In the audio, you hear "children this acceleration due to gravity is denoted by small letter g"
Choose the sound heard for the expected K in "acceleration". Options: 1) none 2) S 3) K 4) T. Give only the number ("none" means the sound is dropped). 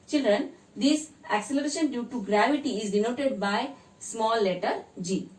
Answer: 3